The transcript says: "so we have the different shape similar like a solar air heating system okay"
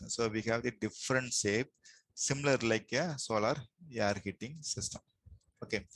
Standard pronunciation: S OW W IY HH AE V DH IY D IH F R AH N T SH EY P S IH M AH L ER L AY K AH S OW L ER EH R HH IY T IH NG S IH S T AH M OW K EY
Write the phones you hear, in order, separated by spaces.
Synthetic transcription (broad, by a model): S OW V IY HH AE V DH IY D IH F R AH N T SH EY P S IH M AH L ER L AY K AH S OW L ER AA R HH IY T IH NG S IH S T AH M OW K EY